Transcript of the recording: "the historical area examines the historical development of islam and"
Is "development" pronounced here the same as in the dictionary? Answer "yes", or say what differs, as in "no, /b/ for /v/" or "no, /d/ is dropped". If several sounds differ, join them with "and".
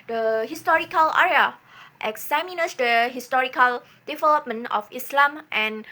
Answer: no, /t/ is dropped